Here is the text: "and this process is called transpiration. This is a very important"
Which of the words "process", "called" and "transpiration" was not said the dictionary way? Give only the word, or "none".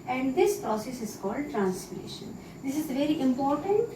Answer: transpiration